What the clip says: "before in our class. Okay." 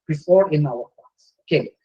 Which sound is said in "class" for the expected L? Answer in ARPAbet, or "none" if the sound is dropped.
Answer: none